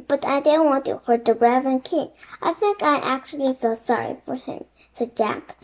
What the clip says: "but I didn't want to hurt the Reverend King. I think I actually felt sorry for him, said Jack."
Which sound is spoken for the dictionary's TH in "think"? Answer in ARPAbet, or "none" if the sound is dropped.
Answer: TH